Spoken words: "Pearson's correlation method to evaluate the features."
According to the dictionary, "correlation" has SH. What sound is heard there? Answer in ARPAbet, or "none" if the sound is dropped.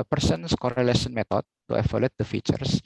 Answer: S